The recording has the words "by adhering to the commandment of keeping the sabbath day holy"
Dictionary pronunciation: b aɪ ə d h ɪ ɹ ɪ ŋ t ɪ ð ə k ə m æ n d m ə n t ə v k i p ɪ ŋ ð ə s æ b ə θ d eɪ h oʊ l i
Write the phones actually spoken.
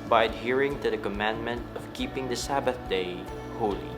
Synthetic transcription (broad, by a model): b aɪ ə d h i ɹ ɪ ŋ t ɪ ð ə k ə m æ n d m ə n t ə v k i p ɪ ŋ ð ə s æ b ə θ d eɪ h oʊ l i